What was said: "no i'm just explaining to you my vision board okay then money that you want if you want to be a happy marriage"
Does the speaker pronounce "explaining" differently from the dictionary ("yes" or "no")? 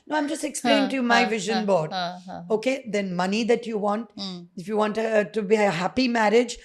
yes